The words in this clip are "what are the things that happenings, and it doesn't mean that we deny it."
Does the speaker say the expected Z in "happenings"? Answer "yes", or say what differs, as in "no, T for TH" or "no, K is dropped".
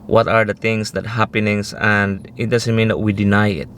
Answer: no, S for Z